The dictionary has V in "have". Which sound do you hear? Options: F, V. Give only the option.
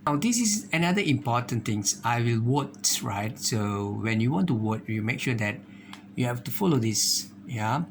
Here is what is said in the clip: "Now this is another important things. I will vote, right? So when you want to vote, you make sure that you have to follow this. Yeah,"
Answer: F